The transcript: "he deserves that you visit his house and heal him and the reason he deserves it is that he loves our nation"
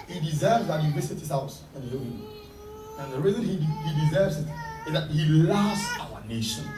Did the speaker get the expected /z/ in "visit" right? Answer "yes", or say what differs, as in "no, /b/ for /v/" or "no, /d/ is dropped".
no, /s/ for /z/